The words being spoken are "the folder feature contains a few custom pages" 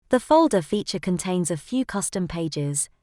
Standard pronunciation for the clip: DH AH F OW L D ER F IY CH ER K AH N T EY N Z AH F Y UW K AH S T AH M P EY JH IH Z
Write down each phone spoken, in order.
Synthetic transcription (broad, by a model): DH AH F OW L D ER F IY CH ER K AH N T EY N Z AH F Y UW K AH S T AH M P EY JH IH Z